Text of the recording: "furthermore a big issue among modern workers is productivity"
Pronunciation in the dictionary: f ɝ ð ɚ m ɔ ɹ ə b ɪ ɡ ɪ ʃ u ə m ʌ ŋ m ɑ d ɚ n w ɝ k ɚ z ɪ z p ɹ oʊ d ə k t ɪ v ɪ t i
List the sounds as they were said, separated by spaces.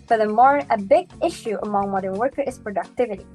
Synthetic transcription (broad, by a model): f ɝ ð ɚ m ɔ ɹ ə b ɪ ɡ ɪ ʃ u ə m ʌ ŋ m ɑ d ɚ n w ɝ k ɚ ɪ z p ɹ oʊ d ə k t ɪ v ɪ t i